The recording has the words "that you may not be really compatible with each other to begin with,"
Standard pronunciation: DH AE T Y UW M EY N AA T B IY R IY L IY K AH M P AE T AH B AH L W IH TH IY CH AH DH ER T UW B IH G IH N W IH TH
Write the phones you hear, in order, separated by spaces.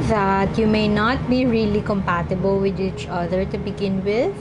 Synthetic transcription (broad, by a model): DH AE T Y UW M EY N AA T B IY R IY L IY K AH M P AE T AH B AH L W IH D IY CH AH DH ER T UW B IH G IH N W IH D